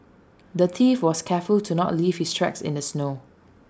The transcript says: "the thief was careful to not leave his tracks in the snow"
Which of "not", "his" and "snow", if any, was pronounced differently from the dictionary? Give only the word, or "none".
his